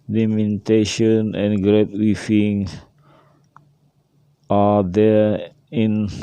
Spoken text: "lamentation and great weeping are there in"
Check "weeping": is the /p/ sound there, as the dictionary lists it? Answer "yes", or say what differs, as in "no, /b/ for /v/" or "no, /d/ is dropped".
no, /f/ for /p/